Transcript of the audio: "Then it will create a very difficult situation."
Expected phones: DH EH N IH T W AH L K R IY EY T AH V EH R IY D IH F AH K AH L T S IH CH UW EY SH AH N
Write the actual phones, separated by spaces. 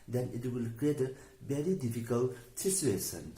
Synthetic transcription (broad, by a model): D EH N IH T W AH L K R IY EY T AH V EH R IY D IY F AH K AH L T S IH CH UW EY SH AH N